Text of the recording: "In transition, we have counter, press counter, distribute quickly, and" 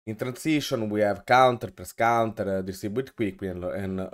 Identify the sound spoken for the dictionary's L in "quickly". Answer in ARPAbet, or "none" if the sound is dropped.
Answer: W